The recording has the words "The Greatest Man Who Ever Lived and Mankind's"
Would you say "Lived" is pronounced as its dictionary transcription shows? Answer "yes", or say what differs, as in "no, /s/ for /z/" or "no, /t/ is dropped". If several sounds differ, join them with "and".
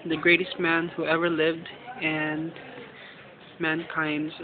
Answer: yes